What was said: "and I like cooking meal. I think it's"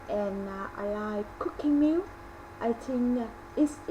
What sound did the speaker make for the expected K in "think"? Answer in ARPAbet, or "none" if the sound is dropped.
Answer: none